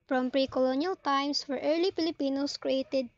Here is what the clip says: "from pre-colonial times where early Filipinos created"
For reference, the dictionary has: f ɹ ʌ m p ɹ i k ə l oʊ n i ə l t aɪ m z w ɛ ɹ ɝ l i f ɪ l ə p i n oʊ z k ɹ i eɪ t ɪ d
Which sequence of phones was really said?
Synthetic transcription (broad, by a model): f ɹ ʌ m p ɹ i k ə l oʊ n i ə l t aɪ m s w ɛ ɹ ɝ l i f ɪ l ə p i n oʊ s k ɹ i eɪ t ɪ d